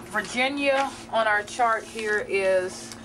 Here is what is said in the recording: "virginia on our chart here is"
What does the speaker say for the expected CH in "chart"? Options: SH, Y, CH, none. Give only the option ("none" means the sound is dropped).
CH